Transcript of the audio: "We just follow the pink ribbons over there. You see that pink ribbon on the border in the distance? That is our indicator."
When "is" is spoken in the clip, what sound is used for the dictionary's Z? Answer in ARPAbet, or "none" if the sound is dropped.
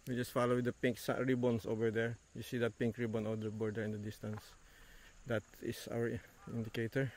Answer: S